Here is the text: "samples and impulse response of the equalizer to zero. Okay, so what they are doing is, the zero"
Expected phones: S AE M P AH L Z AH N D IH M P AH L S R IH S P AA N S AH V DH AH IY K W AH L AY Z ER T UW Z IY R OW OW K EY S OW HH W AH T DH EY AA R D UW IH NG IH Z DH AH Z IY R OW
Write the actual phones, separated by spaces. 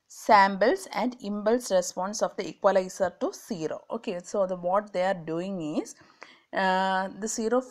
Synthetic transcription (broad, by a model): S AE M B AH L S AH N D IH M B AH L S R IH S P AA N S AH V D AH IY K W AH L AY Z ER T UW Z IY R OW OW K EY S OW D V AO T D EY AA R D UW IH NG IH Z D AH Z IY R OW